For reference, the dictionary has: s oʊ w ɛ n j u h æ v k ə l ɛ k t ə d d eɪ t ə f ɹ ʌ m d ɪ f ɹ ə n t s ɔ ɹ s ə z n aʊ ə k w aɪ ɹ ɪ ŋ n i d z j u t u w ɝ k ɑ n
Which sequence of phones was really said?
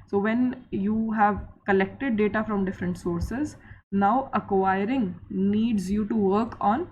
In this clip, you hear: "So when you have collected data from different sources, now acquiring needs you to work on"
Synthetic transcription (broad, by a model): s oʊ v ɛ n j u h æ v k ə l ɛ k t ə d d eɪ t ə f ɹ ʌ m d ɪ f ɹ ə n t s ɔ ɹ s ə z n aʊ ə k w aɪ ɹ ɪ ŋ n i d z j u t u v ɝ k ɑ n